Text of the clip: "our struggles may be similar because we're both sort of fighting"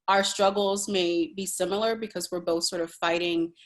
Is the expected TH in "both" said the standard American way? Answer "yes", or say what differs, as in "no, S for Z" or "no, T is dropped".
yes